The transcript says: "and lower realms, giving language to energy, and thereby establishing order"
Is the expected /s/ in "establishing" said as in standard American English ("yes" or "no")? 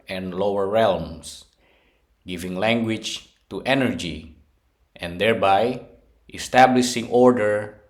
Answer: yes